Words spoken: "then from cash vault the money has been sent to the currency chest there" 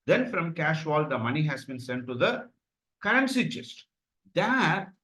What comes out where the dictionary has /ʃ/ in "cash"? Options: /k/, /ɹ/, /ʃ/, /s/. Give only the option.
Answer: /ʃ/